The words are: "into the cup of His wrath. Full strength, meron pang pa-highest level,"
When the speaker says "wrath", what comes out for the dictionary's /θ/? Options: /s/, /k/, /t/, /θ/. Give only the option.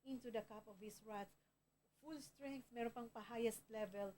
/s/